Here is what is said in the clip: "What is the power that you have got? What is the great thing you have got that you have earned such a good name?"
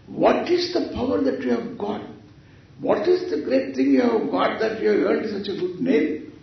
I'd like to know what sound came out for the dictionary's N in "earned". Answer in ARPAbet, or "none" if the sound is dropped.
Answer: none